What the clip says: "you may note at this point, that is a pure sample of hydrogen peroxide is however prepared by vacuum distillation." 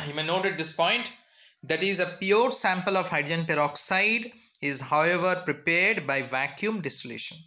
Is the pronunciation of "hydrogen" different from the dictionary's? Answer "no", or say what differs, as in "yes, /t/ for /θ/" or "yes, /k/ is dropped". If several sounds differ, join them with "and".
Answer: yes, /ɹ/ is dropped and /dʒ/ is dropped